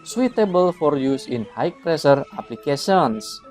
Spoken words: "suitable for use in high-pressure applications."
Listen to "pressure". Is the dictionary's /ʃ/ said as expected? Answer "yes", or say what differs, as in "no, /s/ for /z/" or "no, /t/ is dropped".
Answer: no, /s/ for /ʃ/